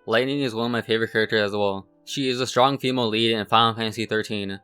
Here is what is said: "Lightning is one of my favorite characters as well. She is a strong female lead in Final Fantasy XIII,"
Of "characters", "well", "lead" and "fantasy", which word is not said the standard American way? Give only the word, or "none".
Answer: fantasy